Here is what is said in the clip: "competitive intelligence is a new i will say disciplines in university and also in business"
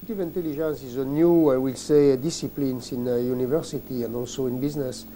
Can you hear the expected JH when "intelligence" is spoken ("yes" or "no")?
no